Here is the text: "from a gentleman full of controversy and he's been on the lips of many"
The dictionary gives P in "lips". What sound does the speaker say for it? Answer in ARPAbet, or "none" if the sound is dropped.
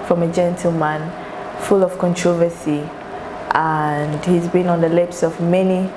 P